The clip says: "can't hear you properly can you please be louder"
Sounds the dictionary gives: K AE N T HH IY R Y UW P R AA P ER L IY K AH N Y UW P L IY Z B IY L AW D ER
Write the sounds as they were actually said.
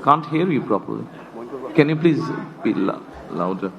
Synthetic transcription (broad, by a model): K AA N T HH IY R Y UW P R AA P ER L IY K AH N Y UW P L IY Z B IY L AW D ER